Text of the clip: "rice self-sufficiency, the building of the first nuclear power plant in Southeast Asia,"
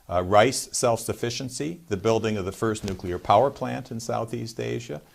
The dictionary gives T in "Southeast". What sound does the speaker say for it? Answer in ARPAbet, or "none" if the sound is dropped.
T